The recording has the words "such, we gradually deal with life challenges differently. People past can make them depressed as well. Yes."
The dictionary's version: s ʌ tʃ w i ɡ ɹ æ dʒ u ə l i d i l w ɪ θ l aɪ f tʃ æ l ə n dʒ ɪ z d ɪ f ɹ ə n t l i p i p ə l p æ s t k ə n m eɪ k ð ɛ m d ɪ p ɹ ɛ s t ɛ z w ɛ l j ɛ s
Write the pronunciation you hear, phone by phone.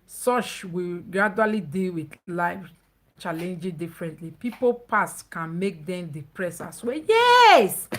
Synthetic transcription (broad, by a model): s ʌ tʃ w i ɡ ɹ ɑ dʒ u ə l i d i l w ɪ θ l aɪ f tʃ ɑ l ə n dʒ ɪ d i f ɹ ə n t l i p i p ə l p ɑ s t k ə n m eɪ k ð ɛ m d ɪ p ɹ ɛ s ɑ s w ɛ j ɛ s